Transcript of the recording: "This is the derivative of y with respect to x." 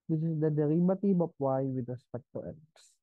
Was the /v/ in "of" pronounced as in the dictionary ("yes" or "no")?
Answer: no